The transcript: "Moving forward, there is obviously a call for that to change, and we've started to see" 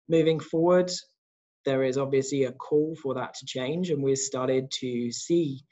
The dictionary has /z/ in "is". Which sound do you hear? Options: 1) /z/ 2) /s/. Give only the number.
1